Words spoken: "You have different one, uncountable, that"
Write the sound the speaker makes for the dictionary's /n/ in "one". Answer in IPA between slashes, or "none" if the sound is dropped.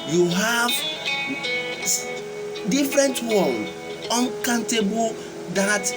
/l/